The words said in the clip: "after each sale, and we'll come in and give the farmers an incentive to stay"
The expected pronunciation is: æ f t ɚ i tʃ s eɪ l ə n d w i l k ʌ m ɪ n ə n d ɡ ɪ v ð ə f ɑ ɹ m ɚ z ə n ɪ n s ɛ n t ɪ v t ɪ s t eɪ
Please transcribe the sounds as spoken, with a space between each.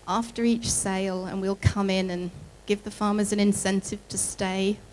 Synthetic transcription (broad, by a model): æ f t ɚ i tʃ s eɪ l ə n w i l k ʌ m ɪ n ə n ɡ ɪ v ð ə f ɑ ɹ m ɚ z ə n ɪ n s ɛ n t ɪ v t ɪ s t eɪ